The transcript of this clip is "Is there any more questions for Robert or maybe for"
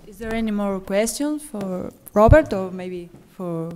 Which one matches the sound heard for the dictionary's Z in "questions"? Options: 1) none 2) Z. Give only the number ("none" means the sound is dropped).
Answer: 1